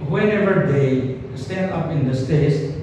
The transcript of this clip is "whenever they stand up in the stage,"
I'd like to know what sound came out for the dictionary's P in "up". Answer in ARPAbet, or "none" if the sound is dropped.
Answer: P